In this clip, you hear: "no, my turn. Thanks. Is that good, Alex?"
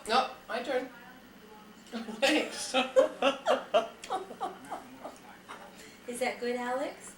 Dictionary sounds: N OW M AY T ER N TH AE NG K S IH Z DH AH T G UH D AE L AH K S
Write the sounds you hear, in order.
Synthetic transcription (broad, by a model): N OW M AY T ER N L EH K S IH Z DH AH T G UH D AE L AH K S